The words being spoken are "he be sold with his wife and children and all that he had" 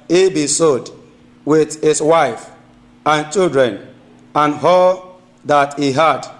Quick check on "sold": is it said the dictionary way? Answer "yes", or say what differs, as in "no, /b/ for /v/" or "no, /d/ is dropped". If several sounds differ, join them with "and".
no, /l/ is dropped